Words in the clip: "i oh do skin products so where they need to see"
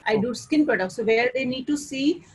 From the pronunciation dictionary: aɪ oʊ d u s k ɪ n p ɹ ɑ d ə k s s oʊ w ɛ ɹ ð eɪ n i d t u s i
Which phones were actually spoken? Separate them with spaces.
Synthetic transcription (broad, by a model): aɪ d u s k ɪ n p ɑ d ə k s s oʊ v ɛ ɹ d eɪ n i d t u s i